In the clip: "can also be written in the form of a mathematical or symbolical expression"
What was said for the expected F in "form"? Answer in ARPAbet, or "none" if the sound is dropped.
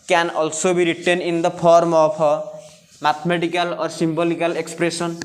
P